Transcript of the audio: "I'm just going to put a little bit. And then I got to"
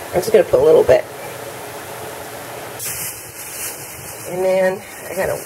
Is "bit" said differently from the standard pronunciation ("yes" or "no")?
no